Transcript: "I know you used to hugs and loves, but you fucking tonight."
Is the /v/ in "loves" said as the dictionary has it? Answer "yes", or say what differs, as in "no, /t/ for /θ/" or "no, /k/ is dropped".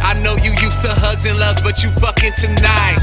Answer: no, /v/ is dropped